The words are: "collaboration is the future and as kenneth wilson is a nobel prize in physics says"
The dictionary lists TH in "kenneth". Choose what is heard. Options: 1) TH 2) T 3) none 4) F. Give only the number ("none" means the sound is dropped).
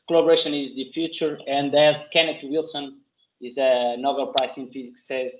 2